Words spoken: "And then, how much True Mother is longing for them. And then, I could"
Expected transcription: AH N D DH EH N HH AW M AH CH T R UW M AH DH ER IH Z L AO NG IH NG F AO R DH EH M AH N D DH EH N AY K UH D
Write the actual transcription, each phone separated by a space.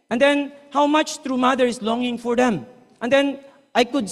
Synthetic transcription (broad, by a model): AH N D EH N HH AW M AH CH T R UW M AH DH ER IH S L AO NG IH NG F AO R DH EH M AH N D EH N AY K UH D